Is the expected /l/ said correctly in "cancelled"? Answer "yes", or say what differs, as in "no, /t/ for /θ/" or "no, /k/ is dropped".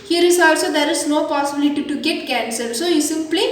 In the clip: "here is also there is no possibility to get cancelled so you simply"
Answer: no, /l/ is dropped